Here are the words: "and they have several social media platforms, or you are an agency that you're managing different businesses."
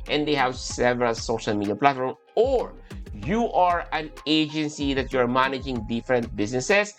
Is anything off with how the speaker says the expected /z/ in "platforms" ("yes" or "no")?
yes